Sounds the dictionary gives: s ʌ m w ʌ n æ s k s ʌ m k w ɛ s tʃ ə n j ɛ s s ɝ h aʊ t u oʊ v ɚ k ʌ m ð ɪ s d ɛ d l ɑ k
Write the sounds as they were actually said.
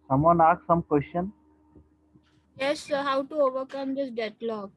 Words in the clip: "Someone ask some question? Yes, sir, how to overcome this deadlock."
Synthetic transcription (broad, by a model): s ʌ m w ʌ n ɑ k s ʌ m k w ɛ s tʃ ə n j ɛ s s h aʊ t u oʊ v ɚ k ʌ m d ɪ s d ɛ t l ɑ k